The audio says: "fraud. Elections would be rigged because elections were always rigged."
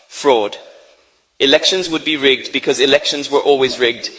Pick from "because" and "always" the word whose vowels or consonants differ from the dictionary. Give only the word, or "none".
none